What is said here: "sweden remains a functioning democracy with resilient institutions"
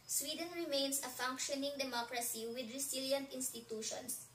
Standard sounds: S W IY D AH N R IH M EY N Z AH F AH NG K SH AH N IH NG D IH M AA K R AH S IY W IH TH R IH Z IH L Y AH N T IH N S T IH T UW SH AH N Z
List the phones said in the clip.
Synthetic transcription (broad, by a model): S W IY D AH N R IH M EY N S AH F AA NG K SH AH N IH NG D IH M AA K R AH S IY W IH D R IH S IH L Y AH N T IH N S T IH T UW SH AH N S